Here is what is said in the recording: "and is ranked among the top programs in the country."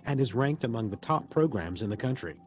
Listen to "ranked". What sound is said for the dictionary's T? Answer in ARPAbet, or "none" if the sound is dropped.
T